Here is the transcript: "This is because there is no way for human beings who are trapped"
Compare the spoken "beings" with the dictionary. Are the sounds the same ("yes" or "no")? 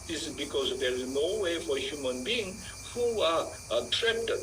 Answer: no